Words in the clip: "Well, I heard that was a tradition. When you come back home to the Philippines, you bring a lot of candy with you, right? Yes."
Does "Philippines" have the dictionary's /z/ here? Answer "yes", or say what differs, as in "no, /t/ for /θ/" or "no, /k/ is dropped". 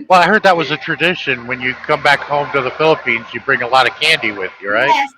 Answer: yes